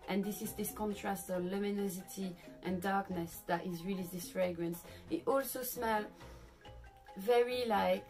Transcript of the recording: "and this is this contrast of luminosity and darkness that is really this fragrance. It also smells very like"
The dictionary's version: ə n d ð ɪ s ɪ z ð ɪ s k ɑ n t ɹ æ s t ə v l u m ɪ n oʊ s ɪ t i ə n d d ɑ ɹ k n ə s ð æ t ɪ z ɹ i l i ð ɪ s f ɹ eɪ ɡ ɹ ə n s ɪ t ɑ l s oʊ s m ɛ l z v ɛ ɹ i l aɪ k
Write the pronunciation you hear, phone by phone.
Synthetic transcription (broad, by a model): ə n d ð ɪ s ɪ z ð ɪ s k ɑ n t ɹ æ s t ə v l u m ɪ n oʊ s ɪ t i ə n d d ɑ ɹ k n ə s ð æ t ɪ z ɹ i l i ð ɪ s f ɹ eɪ ɡ ɹ ə n s ɪ t ɑ l s oʊ s m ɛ l v ɛ ɹ i l aɪ k